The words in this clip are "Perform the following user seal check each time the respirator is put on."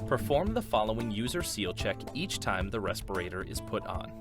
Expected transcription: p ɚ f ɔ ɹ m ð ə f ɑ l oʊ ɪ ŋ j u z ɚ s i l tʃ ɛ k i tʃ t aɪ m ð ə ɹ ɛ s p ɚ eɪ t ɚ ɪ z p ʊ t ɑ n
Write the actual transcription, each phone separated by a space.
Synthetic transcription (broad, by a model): p ɚ f ɔ ɹ m ð ə f ɑ l oʊ ɪ ŋ j u z ɚ s i l tʃ ɛ k i tʃ t aɪ m ð ə ɹ ɛ s p ɚ eɪ t ɚ ɪ z p ʊ t n